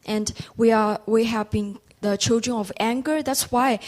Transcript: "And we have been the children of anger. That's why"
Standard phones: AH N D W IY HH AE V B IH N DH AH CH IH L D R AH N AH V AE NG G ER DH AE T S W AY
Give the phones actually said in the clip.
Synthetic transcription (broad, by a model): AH N D W IY HH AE V B IH N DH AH CH IH L D R AH N AH V AE NG G ER DH AE T S W AY